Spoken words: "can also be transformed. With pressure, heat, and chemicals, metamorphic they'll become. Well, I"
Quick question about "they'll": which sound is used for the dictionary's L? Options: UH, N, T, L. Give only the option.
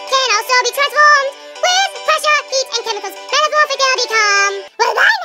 N